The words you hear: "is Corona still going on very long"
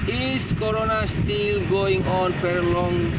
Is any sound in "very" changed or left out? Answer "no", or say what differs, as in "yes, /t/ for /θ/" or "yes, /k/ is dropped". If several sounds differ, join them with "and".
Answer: yes, /f/ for /v/